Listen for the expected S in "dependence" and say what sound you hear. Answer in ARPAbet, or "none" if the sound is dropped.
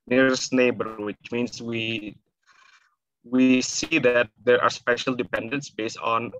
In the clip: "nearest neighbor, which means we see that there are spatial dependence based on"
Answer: S